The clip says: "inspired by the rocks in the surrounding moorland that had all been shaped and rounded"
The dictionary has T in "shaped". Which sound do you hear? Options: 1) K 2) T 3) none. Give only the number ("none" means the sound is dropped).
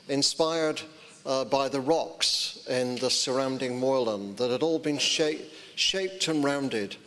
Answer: 2